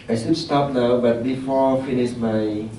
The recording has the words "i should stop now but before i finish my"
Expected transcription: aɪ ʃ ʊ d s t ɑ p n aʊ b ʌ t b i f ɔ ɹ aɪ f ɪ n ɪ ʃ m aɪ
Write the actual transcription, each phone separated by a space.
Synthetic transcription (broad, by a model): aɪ s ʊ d s t ɑ p n aʊ b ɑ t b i f ɔ f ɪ n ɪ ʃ m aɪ